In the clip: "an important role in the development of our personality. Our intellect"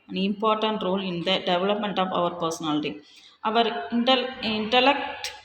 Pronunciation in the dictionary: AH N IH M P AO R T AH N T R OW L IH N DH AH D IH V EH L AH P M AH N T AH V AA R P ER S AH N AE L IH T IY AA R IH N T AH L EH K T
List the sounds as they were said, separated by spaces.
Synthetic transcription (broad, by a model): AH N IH M P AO R T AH N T R OW L IH N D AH D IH V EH L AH P M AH N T AH V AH R P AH S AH N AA L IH T IY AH R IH N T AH L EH K T